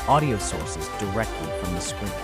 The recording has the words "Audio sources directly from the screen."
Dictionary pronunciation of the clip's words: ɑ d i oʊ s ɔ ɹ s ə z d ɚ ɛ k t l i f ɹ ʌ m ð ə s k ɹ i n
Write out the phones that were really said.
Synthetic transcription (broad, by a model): ɑ d i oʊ s ɔ ɹ s ə z d ɚ ɛ k t l i f ɹ ʌ m ð ə s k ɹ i